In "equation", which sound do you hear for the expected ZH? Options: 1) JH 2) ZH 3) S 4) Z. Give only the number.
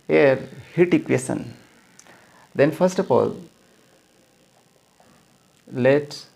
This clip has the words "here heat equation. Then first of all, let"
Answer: 3